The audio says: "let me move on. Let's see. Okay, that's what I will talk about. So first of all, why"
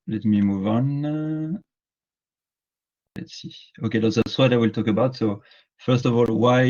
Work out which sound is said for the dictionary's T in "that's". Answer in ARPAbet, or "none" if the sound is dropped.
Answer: S